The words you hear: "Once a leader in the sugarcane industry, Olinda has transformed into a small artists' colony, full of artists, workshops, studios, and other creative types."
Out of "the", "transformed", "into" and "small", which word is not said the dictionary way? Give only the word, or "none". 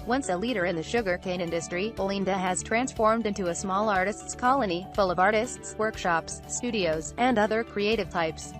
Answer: none